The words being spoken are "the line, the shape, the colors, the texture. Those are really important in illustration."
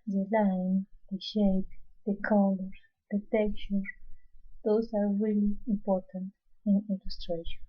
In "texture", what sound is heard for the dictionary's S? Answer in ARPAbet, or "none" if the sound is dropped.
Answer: none